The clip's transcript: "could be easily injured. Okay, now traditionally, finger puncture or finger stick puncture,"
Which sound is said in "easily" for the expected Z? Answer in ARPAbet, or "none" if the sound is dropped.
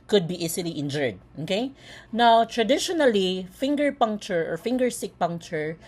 S